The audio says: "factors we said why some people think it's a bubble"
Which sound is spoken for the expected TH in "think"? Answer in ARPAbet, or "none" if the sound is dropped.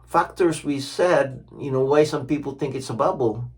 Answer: TH